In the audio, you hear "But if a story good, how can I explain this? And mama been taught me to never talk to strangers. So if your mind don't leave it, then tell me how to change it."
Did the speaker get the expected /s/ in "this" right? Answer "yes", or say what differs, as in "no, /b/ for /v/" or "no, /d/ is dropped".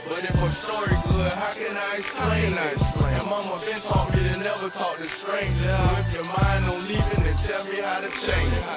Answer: no, /s/ is dropped